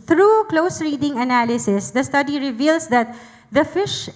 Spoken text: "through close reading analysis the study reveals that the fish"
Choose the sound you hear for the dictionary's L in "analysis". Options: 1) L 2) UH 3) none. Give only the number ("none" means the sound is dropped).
1